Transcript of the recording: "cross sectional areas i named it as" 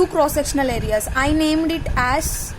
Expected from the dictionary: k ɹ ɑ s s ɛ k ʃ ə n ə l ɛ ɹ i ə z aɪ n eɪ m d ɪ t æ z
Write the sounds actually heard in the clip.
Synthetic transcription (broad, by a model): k ɹ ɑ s s ɛ k ʃ ə n ə l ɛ ɹ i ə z aɪ n eɪ m d ɪ t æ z